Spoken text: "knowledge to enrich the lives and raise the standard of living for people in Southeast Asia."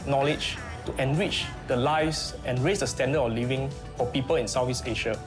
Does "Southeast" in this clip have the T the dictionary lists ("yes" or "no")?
no